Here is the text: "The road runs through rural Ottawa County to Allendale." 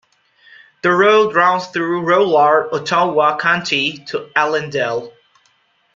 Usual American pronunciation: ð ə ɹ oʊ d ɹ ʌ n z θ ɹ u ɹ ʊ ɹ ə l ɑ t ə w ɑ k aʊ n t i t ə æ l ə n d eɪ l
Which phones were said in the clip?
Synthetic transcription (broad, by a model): ð ə ɹ oʊ d ɹ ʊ n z θ ɹ u ɹ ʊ l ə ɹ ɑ t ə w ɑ k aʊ n t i t ə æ l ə n d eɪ l